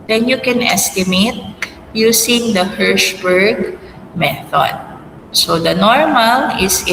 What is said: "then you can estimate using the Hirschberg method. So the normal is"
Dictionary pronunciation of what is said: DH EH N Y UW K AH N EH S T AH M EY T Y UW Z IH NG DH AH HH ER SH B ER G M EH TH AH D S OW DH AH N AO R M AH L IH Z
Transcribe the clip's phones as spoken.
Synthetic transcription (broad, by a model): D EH N Y UW K AH N EH S T AH M EY T Y UW S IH NG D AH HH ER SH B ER G M EH TH AH D S OW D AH N AO R M AH L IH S